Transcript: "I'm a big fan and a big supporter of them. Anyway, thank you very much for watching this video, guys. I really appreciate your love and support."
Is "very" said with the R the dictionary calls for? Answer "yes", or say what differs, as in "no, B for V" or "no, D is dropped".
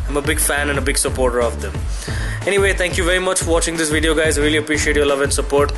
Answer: yes